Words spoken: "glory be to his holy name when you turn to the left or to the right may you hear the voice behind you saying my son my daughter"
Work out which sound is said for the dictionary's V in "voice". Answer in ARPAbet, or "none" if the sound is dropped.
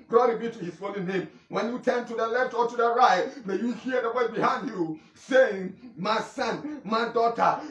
W